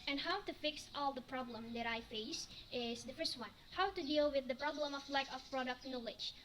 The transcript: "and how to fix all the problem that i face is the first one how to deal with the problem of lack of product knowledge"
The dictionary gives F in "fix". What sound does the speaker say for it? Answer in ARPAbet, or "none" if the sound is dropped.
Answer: F